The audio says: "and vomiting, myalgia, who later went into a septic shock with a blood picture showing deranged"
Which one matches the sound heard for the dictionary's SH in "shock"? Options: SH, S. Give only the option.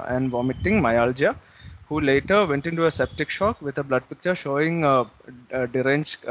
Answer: SH